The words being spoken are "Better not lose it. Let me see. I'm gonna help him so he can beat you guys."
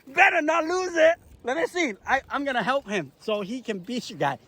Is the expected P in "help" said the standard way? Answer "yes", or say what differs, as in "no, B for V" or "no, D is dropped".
yes